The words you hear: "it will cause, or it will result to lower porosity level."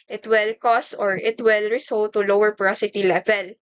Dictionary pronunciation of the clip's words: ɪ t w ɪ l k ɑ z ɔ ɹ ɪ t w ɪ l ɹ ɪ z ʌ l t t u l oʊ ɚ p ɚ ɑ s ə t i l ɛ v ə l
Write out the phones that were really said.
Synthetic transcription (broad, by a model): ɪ t w ɪ l k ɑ s ɔ ɹ ɪ t w ɪ l ɹ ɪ s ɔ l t t u l oʊ ɚ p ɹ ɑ s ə t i l ɛ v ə l